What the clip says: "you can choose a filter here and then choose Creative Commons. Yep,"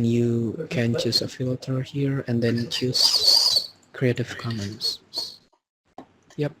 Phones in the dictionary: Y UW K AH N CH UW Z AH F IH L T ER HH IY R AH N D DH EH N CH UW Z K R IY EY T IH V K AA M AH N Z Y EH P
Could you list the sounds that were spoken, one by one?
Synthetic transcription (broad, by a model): Y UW K AH N CH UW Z AH F IH L T ER HH IY R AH N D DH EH N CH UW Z K R IY EY T IH V K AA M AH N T Y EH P